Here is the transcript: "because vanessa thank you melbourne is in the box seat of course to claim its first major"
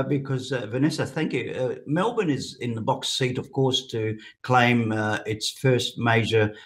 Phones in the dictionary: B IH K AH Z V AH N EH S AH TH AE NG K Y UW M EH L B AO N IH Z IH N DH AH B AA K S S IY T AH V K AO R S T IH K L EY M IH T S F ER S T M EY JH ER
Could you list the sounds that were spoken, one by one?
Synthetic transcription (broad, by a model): B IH K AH Z V AH N EH S AH TH AE NG K Y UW M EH L B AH N IH Z IH N DH AH B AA K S S IY T AH V K AO R S T IH K L EY M IH T S F ER S T M EY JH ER